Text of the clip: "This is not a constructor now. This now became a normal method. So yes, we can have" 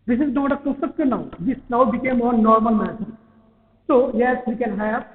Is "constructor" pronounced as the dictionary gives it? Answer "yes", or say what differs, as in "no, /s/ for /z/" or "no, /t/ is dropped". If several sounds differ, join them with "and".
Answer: no, /n/ is dropped